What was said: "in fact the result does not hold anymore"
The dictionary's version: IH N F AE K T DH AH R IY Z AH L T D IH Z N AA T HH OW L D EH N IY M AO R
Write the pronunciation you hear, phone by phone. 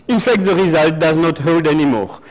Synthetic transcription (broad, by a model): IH N F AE K T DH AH R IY Z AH L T D IH Z N AA T HH OW L D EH N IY M AO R